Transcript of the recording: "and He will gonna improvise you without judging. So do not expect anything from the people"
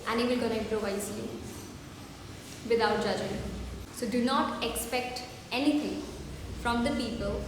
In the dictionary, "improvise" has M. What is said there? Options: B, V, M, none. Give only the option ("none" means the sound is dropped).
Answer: none